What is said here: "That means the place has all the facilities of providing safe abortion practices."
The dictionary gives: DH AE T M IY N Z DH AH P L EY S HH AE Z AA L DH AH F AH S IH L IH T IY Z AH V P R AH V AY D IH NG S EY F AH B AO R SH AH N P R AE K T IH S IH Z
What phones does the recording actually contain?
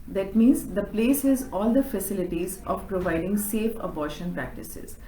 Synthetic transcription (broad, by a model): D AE T M IY N Z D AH P L EY S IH Z AA L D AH F AH S IH L IH T IY Z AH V P R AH V AY D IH NG S EY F AH B AO R SH AH N P R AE K T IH S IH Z